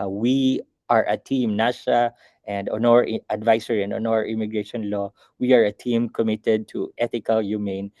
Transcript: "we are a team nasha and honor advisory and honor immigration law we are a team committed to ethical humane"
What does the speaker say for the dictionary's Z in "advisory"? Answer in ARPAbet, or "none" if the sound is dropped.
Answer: S